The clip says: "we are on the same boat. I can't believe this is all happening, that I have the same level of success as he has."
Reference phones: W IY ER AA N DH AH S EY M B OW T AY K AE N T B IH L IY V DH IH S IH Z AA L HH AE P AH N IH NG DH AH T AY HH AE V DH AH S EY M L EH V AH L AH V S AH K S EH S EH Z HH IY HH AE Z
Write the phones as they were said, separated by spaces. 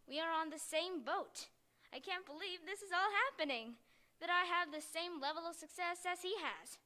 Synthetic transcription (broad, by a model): W IY ER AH N DH AH S EY M B OW T AY K AE N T B IH L IY V DH IH S IH Z AA L HH AE P AH N IH NG DH AH T AY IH V DH AH S EY M L EH V L AH V S AH K S EH S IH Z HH IY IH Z